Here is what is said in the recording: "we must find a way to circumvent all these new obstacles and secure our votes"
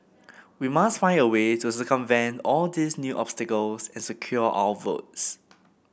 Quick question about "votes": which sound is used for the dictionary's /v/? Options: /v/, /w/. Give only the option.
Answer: /v/